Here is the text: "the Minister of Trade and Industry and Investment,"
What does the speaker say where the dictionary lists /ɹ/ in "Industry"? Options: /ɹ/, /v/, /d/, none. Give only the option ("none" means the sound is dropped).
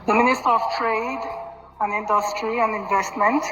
/ɹ/